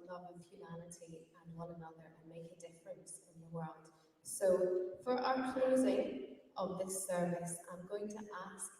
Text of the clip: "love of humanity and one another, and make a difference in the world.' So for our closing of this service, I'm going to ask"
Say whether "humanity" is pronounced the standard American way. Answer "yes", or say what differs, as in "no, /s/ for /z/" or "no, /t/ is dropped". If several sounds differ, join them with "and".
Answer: no, /l/ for /n/